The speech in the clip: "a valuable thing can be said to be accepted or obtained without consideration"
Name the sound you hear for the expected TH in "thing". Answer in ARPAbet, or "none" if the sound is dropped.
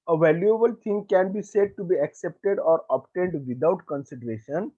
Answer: T